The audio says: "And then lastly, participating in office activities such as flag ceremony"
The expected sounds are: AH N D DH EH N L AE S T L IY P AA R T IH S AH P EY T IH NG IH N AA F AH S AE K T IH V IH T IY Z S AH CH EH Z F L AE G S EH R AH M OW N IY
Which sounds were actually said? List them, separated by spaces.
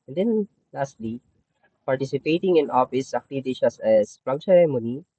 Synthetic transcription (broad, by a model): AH N D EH N L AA S T L IY P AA R T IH S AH P EY T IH NG IH N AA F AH S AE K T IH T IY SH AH S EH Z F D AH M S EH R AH M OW N IY